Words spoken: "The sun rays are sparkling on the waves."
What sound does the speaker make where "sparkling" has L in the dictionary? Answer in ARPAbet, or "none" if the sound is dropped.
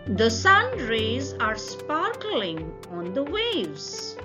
L